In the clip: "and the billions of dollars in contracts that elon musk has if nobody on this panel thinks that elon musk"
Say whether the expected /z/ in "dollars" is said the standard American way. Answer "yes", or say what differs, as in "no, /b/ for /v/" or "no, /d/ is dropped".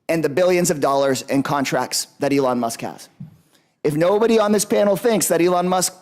yes